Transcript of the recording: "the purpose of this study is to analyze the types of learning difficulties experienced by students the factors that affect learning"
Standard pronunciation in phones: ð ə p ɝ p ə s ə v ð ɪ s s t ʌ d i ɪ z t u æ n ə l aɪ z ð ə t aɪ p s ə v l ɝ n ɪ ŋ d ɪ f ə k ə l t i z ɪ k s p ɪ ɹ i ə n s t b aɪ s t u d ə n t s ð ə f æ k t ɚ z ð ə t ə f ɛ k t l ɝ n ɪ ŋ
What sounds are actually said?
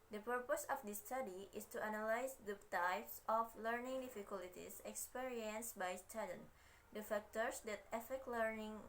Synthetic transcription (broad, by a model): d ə p ɝ p ə s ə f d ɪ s s t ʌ d i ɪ s t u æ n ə l aɪ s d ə t aɪ p s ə f l ɝ n ɪ ŋ d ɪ f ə k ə l t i s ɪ k s p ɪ ɹ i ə n s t b aɪ s t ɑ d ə n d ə f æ k t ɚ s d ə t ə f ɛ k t l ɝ n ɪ ŋ